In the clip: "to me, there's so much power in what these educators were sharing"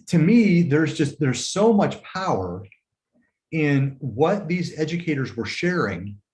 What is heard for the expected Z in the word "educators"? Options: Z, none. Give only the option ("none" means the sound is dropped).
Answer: Z